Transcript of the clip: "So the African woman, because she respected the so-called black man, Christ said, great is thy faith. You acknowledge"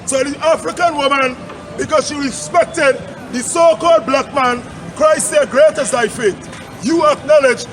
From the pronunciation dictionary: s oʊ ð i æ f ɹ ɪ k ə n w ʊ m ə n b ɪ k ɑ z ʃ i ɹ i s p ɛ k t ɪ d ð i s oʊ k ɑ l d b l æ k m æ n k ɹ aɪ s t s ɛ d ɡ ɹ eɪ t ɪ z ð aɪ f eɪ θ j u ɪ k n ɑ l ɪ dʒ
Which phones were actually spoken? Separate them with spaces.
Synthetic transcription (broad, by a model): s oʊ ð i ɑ f ɹ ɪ k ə n w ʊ m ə n b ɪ k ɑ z ʃ i ɹ i s p ɛ k t ɪ d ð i s oʊ k ɑ l d b l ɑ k m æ n k ɹ aɪ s s ɛ d ɡ ɹ eɪ t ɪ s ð aɪ f eɪ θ j u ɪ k n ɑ l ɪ dʒ